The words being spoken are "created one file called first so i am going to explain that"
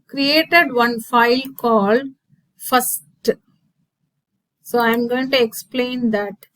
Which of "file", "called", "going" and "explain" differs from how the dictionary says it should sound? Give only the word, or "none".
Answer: none